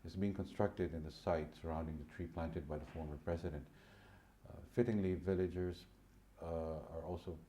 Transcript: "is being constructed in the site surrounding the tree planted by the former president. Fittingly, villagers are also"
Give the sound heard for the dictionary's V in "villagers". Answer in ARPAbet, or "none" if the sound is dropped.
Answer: V